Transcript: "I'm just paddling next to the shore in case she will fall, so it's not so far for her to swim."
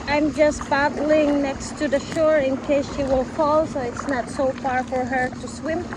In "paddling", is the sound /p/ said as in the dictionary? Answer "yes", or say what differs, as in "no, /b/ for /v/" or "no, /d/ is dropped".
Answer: no, /b/ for /p/